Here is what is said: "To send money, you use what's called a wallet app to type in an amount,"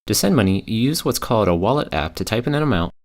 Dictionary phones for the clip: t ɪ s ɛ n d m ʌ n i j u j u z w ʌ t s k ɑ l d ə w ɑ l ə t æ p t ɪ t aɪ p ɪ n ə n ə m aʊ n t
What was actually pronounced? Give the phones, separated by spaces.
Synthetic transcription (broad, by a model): t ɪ s ɛ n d m ʌ n i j j u z w ʌ t s k ɑ l d ə w ɑ l ə t æ p t ɪ t aɪ p ɪ n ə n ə m aʊ n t